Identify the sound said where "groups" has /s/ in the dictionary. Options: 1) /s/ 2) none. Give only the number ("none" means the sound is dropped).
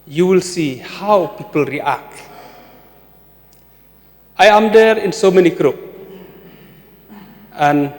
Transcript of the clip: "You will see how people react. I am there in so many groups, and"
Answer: 2